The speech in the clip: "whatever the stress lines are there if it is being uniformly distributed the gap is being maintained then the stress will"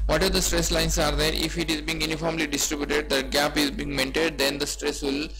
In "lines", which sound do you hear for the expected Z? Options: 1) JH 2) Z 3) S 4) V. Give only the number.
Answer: 3